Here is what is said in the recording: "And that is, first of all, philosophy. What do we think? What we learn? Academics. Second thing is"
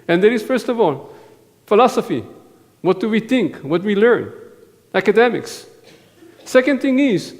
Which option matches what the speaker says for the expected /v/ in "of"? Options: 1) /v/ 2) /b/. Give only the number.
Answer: 1